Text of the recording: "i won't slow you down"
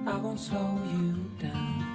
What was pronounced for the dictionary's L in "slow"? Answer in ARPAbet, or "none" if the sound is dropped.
none